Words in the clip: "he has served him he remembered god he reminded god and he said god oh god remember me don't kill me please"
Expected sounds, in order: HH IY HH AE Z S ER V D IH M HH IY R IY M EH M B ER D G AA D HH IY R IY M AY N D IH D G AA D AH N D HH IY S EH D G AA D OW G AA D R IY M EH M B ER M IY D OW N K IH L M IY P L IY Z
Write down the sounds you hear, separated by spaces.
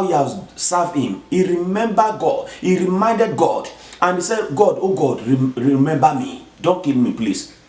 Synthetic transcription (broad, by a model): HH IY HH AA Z S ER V IH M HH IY R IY M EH M B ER G AA D HH IY R IY M AY N D IH D G AA D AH N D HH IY S EH D G AA D OW G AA D R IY M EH M B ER M IY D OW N K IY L M IY P L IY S